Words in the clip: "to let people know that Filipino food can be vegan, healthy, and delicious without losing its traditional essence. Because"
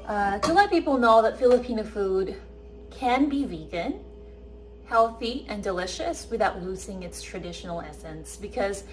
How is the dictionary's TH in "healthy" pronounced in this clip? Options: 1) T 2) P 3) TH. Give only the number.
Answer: 3